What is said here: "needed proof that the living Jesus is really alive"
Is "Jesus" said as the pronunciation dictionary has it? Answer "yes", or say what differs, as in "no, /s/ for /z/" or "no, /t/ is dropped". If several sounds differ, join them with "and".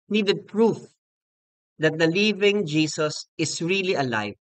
no, /s/ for /z/